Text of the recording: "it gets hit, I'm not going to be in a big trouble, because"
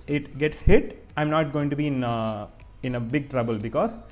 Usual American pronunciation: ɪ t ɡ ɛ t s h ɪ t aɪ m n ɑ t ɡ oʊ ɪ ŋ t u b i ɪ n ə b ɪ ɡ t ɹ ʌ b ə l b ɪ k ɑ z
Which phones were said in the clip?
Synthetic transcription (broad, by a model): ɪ t ɡ ɛ t s h ɪ t aɪ m n ɑ t ɡ oʊ ɪ ŋ t u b i ɪ n ə b ɪ ɡ t ɹ ʌ b ə l b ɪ k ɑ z